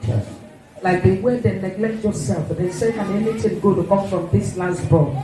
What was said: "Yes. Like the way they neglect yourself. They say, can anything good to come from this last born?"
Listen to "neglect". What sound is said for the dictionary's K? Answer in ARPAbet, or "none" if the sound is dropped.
K